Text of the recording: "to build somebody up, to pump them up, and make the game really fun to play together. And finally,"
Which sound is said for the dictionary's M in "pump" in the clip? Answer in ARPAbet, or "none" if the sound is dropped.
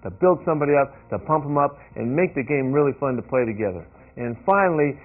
M